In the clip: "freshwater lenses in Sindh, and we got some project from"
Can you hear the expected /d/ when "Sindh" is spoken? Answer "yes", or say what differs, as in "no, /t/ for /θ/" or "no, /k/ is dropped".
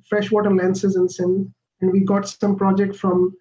no, /d/ is dropped